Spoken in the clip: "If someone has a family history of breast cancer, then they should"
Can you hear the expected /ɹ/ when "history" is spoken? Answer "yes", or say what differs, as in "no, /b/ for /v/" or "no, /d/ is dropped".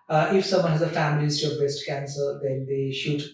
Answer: no, /ɹ/ is dropped